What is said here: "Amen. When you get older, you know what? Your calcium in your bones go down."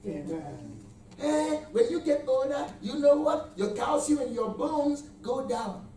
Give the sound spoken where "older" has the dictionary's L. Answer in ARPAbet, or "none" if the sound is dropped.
none